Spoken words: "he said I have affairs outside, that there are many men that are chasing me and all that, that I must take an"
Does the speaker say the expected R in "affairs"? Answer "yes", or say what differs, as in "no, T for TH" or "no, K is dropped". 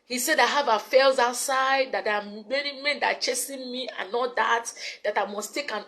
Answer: no, L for R